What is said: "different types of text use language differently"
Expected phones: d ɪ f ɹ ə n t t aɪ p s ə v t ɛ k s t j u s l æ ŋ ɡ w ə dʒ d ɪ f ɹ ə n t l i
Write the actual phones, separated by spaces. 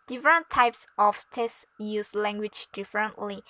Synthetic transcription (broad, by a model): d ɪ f ɹ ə n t t aɪ p s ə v t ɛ s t j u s l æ ŋ ɡ w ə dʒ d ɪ f ɹ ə n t l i